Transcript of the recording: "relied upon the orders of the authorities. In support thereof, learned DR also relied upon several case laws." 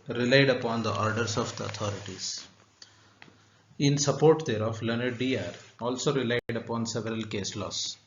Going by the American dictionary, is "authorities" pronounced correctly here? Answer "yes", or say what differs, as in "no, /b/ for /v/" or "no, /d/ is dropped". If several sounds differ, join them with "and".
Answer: no, /t/ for /θ/